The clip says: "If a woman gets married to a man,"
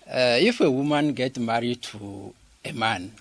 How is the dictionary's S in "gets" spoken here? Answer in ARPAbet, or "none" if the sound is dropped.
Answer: none